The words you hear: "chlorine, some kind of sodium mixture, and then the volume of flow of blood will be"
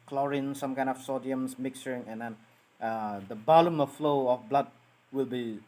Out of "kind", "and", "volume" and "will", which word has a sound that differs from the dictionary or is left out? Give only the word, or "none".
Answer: volume